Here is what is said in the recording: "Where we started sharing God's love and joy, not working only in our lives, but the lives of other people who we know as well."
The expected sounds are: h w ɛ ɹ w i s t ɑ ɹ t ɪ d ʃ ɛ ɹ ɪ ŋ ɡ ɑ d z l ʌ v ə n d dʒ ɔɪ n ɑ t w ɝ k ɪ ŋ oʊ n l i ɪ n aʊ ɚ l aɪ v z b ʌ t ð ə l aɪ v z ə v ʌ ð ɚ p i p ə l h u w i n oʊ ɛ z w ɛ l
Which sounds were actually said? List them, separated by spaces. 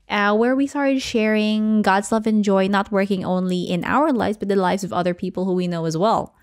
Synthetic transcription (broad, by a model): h w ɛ ɹ w i s t ɑ ɹ t ɪ d ʃ ɛ ɹ ɪ ŋ ɡ ɑ d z l ʌ v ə n dʒ ɔɪ n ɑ t w ɝ k ɪ ŋ oʊ n l i ɪ n aʊ ɚ l aɪ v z b ʌ t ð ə l aɪ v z ə v ʌ ð ɚ p i p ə l h u w i n oʊ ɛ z w ɛ l